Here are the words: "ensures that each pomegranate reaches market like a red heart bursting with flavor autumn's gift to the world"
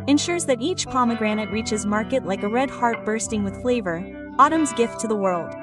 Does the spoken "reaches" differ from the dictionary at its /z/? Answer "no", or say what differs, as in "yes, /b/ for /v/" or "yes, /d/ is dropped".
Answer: no